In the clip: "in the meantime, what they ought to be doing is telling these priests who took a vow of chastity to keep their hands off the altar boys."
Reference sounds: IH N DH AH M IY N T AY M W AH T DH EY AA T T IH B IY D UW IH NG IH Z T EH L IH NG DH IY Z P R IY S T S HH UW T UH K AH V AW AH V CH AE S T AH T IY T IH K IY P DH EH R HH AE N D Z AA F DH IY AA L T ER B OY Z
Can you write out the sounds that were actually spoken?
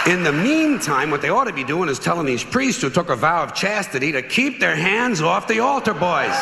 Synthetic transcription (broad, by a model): IH N DH AH M IY N T AY M W AH T DH EY AA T T IH B IY D UW IH NG IH Z T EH L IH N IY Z P R IY S T S HH UW T UH K AH V AW AH V CH AE S T AH T IY T IH K IY P DH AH R HH AE N D Z AA F DH IY AA L T ER B OY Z